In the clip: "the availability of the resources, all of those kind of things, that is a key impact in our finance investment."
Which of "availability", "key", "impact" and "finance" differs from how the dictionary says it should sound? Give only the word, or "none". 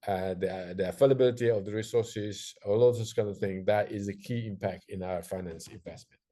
availability